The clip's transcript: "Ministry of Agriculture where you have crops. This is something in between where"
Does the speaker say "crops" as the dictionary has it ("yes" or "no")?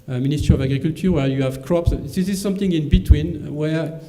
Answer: yes